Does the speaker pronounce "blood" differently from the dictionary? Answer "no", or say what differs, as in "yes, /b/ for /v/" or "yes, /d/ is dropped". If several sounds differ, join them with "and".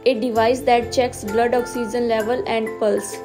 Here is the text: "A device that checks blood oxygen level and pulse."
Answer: no